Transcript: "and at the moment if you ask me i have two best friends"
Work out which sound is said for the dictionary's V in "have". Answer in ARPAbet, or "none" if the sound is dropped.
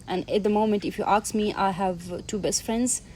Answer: V